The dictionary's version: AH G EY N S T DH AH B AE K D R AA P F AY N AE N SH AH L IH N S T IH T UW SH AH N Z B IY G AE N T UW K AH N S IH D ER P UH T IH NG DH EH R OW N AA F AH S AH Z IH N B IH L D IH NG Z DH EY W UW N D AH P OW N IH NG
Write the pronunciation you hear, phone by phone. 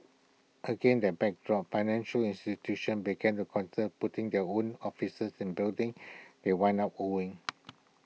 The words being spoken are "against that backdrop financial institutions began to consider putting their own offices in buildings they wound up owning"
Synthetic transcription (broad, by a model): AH G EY N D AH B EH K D R AA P F AY N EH N SH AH L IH N S T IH T UW SH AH N B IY G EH N T UW K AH N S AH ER P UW T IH NG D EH OW N AA F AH S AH S IH N B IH L D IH NG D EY W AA N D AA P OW IH NG